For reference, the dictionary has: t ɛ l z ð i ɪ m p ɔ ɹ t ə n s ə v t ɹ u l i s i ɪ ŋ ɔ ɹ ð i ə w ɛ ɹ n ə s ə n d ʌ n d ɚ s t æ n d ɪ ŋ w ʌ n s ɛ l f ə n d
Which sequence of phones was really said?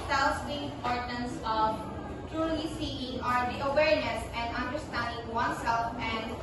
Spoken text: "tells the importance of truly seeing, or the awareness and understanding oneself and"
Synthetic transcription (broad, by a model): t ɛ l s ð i ɪ m p ɔ ɹ t ə n s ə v t ɹ u l i s i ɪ ŋ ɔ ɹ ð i ə w ɛ ɹ n ə s ə n d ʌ n d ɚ s t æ n d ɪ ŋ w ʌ n s ɛ l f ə n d